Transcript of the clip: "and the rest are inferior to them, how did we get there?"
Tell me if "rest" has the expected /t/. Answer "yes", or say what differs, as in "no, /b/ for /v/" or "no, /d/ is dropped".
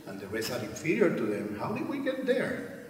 no, /t/ is dropped